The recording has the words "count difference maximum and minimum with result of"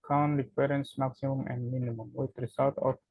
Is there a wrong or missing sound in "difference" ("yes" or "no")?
yes